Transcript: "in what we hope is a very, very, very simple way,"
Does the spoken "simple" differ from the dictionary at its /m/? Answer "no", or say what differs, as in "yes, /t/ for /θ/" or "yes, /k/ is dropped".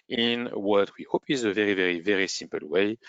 no